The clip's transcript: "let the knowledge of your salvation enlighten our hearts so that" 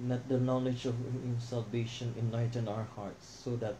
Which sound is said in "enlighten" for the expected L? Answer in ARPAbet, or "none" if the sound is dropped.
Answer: none